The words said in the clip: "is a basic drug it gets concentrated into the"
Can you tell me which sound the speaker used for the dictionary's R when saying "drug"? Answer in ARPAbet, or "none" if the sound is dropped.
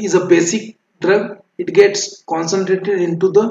R